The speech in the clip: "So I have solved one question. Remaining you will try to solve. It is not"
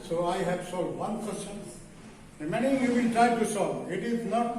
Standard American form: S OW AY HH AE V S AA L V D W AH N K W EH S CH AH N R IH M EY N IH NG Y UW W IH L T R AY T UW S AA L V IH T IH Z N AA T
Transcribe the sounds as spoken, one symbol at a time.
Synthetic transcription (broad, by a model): S OW AY HH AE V S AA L D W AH N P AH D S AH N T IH M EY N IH Y UW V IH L T R AY T UW S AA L IH T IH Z N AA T